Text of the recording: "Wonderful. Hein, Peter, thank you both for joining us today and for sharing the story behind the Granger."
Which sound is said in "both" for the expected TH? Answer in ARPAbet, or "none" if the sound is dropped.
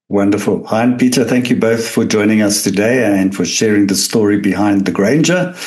TH